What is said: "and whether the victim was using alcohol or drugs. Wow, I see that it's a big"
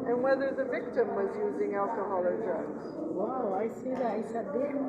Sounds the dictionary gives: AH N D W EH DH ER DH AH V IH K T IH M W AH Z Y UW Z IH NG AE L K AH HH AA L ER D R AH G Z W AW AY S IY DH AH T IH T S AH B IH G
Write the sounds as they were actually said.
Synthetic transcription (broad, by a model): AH N W EH DH ER DH AH V IH K T IH M W AH Z Y UW Z IH NG AE L K AH HH AA L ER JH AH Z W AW AY S IY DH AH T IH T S AH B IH